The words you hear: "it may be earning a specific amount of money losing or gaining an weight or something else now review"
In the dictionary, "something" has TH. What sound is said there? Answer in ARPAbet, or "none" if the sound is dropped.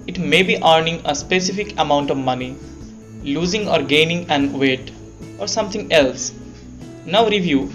T